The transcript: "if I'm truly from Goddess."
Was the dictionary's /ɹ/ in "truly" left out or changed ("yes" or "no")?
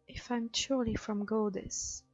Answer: yes